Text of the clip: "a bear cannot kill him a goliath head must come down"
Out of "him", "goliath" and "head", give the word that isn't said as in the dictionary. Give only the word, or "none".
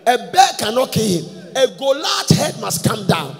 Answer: goliath